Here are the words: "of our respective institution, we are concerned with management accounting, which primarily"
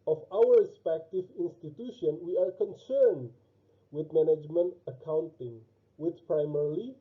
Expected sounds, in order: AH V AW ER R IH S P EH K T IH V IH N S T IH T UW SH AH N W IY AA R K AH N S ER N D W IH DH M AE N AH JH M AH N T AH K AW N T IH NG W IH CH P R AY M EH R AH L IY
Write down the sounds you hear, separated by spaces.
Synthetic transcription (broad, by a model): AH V AW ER R IH S P EH K T IH V IH N S T IH T UW SH AH N W IY AA R K AH N S ER N D W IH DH M AE N AH JH M AH N T AH K AW N T IH NG W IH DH P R AY M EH R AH L IY